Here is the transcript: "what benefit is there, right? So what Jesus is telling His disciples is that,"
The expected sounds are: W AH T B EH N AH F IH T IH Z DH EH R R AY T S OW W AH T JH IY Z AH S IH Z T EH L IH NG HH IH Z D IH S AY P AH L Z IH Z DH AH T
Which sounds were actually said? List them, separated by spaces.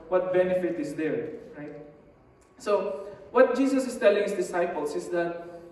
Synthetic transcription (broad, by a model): W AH T B EH N AH F IH T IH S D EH R R AY T S OW W AH T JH IY S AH S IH S T EH L IH NG HH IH S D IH S AY P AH L S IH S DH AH T